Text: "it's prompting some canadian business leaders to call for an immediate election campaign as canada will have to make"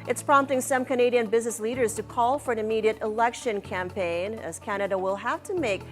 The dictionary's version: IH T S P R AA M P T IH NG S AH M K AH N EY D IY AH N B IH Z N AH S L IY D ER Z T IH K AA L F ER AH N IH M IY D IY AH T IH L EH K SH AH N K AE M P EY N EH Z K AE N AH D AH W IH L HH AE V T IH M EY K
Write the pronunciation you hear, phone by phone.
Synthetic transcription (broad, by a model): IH T S P R AA M P T IH NG S AH M K AH N EY D IY AH N B IH Z N AH S L IY D ER Z T IH K AA L F ER AH N IH M IY D IY AH T IH L EH K SH AH N K AE M P EY N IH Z K AE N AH D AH W IH L HH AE F T IH M EY K